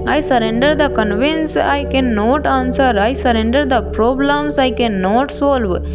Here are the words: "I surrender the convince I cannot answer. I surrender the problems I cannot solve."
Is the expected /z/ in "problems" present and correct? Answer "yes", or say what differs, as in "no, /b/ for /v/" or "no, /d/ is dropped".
no, /s/ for /z/